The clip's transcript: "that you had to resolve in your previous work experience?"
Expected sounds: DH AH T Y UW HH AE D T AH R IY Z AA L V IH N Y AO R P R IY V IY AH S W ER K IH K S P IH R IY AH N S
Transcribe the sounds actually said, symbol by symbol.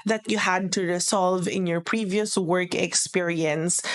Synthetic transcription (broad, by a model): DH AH T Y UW HH AE D T AH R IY S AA L V IH N Y AO R P R IY V IY AH S W ER K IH K S P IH R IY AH N S